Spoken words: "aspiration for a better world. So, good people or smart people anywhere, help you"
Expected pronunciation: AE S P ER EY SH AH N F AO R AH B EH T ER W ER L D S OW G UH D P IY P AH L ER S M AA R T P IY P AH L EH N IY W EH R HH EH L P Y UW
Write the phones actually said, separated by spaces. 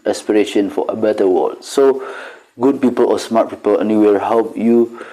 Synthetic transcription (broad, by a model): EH S P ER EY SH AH N F AO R AH B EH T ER W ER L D S OW G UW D P IY P AH L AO S M AA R T P IY P AH L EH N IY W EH L HH EH L P Y UW